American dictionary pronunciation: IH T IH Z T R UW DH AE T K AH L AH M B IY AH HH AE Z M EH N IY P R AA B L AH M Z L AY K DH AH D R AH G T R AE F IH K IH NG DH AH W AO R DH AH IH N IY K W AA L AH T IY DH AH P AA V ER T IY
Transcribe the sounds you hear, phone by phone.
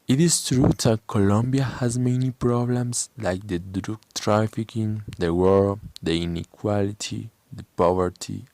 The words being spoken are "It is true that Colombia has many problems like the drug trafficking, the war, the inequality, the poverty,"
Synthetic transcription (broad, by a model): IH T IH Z T R UW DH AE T K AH L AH M B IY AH HH AE Z M EH N IY P R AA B L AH M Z L AY K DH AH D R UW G T R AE F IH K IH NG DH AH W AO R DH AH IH N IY K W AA L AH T IY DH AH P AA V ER T IY